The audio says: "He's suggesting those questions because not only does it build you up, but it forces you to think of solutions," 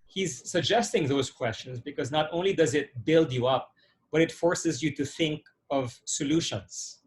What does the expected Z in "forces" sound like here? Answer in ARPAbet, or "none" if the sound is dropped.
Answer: Z